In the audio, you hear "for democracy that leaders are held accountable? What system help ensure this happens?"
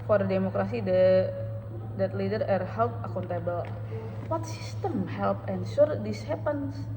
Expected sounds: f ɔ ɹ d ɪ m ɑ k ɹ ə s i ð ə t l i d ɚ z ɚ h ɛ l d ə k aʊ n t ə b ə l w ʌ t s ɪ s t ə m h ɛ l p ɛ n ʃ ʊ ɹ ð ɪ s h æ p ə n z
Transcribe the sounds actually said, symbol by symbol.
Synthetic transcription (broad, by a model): f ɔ ɹ d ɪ m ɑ k ɹ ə s i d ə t l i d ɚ ɚ h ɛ l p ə k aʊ n t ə b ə l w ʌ t s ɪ s t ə m h ɛ l p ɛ n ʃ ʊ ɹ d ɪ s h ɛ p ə n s